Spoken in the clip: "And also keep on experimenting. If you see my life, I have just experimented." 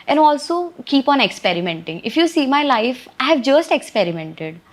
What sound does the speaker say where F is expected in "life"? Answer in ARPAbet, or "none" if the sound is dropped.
F